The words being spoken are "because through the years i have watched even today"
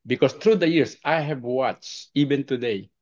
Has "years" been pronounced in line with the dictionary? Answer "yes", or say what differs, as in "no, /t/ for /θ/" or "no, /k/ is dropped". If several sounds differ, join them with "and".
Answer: no, /s/ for /z/